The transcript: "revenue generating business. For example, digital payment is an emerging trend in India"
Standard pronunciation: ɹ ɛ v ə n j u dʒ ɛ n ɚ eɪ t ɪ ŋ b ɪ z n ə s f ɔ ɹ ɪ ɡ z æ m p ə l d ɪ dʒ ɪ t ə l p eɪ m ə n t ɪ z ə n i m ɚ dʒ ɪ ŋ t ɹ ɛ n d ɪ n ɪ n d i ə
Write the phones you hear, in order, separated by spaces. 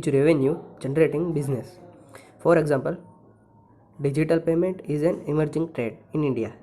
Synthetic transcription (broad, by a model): ɹ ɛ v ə n j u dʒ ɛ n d eɪ t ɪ ŋ b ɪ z n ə s f ɔ ɹ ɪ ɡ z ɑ m p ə l d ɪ dʒ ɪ t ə l p eɪ m ə n t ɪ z ə n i m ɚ dʒ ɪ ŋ t ɹ ɛ d ɪ n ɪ n d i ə